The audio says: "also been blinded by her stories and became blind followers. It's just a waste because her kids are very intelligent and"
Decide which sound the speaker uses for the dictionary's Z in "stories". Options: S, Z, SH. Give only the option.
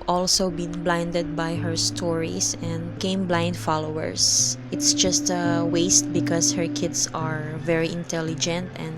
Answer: S